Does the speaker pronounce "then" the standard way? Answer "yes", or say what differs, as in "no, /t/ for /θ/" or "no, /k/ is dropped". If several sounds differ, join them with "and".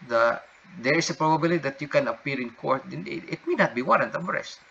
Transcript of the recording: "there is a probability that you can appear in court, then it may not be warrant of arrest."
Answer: no, /n/ is dropped